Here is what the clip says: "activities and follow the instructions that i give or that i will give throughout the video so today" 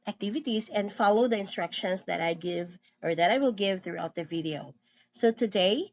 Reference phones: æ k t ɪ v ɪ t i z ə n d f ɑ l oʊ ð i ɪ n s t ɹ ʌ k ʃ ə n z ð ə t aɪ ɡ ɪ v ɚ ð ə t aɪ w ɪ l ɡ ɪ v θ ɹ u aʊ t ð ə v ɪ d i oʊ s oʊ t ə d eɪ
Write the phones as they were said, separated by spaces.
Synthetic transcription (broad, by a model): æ k t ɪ v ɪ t i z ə n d f ɑ l oʊ ð i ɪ n s t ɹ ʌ k ʃ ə n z ð ə t aɪ ɡ ɪ v ɚ ð ə t aɪ w ɪ l ɡ ɪ v θ ɹ u aʊ t ð ə v ɪ d i oʊ s oʊ t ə d eɪ